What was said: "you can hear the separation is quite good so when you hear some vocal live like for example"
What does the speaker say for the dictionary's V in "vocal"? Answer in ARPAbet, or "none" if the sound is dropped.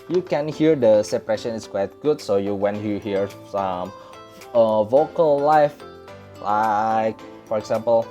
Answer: V